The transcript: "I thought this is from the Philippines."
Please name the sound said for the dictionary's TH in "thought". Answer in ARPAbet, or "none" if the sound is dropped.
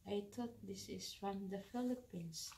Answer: T